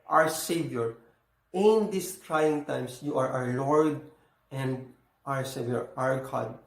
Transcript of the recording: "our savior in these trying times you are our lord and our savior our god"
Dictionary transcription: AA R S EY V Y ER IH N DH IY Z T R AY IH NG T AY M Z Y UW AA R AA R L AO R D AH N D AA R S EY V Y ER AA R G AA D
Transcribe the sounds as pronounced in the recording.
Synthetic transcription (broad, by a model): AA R S EY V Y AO IH N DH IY S T R AY IH NG T AY M S Y UW AA R AA R L AO R D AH N D AA R S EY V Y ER AA R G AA D